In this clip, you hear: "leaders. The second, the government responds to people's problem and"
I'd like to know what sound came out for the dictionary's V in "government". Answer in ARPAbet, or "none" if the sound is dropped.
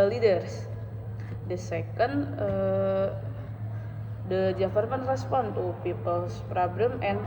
F